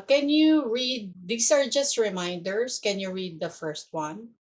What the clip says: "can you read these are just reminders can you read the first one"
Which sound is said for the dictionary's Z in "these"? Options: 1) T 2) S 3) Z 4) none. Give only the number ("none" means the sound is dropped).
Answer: 2